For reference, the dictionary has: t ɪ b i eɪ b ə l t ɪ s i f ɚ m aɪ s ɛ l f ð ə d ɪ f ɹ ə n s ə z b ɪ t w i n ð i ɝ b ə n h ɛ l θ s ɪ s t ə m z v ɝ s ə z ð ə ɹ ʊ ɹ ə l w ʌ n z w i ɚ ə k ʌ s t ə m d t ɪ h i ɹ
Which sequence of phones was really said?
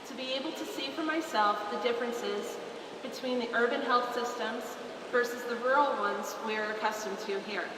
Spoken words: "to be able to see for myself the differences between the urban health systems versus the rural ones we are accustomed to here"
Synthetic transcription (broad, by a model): t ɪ b i eɪ b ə l t ɪ s i f ɚ m aɪ s ɛ l f ð ə d ɪ f ɹ ə n s ə z b ɪ t w i n ð i ɝ b ə n h ɛ l θ s ɪ s t ə m z v ɝ s ə z ð ə ɹ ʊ ɹ l w ʌ n z w i ɚ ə k ʌ s t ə m t ɪ h i ɹ